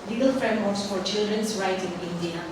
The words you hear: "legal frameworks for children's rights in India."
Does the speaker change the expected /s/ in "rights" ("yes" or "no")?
yes